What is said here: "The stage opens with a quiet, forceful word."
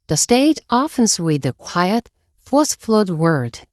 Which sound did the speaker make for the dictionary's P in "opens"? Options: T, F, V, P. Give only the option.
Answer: F